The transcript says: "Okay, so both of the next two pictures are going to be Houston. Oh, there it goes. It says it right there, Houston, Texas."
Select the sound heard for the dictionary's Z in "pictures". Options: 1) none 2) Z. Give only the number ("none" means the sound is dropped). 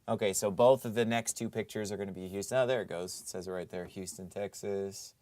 2